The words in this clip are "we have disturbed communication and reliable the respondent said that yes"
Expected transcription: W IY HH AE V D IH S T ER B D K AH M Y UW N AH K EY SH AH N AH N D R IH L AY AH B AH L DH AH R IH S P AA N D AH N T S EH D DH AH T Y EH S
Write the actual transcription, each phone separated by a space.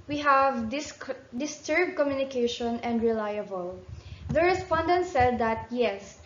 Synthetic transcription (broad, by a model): W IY HH AE V D IH S T ER B D K AH M Y UW N AH K EY SH AH N AH N D R IH L AY AH B AH L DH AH R IH S P AA N D AH N T S EH D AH T Y EH S